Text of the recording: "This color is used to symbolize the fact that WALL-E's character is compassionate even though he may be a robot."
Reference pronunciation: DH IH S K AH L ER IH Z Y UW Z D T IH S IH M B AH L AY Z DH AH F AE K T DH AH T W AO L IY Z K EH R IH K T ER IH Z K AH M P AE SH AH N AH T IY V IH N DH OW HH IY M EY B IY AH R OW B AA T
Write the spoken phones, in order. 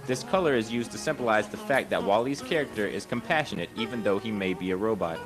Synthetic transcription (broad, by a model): DH IH S K AH L ER IH Z Y UW Z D T IH S IH M B AH L AY Z DH AH F AE K T DH AH T W AO L IY Z K EH R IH K T ER IH Z K AH M P AE SH AH N AH T IY V IH N DH OW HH IY M EY B IY AH R OW B AA T